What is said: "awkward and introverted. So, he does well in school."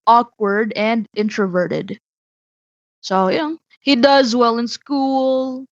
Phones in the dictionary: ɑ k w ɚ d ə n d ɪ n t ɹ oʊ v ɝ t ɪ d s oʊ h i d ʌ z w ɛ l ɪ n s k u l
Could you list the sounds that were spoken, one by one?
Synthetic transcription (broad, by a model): ɑ k w ɚ d ə n d ɪ n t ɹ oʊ v ɝ t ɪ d s oʊ h i d ʌ z w ɛ l ɪ n s k u l